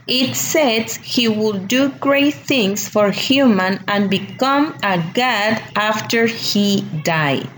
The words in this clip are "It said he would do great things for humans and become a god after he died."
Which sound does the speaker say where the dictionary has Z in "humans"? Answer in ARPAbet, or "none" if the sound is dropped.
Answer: none